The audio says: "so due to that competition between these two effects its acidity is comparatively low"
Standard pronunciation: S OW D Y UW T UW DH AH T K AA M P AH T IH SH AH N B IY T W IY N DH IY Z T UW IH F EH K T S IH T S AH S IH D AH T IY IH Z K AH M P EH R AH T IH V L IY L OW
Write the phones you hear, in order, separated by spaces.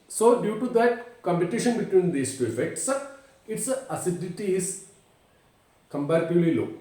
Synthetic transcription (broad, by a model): S OW D Y UW T UW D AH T K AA M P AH T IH SH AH N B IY T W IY N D IY S T UW IH F EH K T S IH T S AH S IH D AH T IY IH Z K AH M B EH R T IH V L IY L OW